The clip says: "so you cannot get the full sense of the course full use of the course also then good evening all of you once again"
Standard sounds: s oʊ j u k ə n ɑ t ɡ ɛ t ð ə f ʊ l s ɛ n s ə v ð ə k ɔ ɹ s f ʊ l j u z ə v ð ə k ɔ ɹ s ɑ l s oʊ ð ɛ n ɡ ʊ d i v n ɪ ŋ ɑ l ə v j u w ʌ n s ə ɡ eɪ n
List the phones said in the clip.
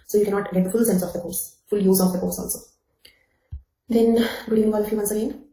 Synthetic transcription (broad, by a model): s oʊ j u k ə n ɑ t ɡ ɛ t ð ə f ʊ l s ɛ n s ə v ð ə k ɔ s f ʊ l j u z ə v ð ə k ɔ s ɑ l s oʊ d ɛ n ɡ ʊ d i n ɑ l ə f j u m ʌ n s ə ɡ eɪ n